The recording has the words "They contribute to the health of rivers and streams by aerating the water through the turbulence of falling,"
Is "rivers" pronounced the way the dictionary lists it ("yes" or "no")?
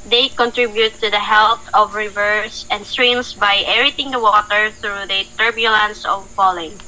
no